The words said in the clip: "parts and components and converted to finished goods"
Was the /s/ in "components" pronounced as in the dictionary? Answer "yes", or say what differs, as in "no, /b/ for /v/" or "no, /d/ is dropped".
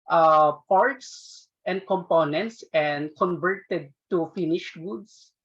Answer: yes